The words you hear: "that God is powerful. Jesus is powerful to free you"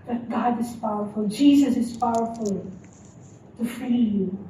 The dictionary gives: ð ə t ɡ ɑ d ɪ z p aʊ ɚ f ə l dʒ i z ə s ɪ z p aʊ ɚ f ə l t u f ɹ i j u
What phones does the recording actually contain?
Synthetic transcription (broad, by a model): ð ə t ɡ ɑ d ɪ z p aʊ ɚ f ə l dʒ i z ə s ɪ z p aʊ ɚ f ə l t u f i j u